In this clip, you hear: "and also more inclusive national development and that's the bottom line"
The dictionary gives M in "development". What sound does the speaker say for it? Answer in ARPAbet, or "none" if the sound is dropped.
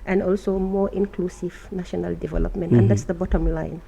M